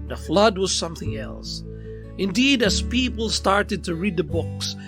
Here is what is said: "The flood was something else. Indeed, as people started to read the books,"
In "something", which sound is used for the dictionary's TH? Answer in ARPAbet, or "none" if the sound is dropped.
TH